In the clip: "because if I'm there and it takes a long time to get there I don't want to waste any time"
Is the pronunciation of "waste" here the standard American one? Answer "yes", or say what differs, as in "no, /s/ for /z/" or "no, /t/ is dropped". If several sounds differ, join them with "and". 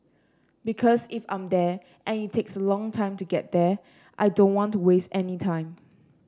yes